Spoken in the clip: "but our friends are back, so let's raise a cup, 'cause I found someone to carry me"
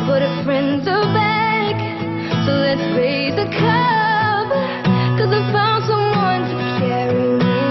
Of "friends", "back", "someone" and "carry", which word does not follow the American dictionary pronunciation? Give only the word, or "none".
none